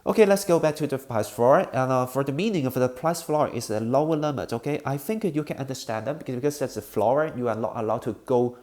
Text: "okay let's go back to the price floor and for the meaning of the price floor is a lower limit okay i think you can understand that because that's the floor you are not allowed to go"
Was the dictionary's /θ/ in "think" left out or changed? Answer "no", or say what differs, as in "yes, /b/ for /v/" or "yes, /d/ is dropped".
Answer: no